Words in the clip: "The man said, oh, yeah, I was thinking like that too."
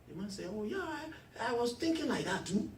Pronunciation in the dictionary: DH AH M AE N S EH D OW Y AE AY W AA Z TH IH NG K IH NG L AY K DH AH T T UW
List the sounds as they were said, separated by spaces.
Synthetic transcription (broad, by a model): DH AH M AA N S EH OW Y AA AY W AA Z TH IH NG K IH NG L AY K DH AH T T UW